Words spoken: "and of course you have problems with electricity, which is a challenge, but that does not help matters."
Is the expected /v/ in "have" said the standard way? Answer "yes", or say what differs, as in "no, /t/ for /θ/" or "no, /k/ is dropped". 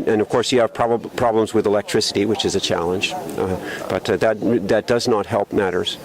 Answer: no, /b/ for /v/